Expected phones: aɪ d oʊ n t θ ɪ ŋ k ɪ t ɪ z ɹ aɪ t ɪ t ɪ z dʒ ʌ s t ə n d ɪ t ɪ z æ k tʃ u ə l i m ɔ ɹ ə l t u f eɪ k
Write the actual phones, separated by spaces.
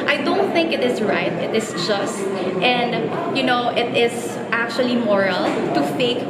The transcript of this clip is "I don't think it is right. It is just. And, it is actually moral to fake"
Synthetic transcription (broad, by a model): aɪ d oʊ n t θ ɪ ŋ k ɪ t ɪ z ɹ aɪ t ɪ t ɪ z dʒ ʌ s t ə n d ɪ t ɪ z æ k tʃ u ə l i m ɔ ɹ ə l t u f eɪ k